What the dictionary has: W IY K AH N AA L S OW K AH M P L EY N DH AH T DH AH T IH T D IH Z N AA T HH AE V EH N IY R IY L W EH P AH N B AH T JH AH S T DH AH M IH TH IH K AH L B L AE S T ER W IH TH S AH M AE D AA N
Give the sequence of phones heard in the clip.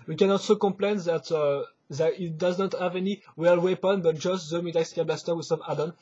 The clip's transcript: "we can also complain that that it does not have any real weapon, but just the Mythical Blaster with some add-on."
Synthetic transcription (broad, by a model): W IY K AH N AA L S OW K AH M P L EY N DH AH T DH AH T IH T D IH Z N AA T HH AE V EH N IY W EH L W EH P AH N B AH T JH AH S T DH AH M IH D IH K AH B L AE S T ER W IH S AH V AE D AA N